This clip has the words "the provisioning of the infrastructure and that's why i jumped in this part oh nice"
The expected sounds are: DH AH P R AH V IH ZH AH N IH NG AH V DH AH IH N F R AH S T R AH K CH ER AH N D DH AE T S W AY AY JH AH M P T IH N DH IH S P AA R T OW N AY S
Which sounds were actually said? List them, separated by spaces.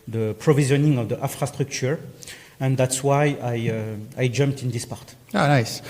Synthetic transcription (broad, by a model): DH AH P R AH V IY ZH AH N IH NG AH V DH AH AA F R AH S T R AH K CH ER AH N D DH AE T S W AY AY JH AH M P T IH N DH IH S P AA R T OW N AY S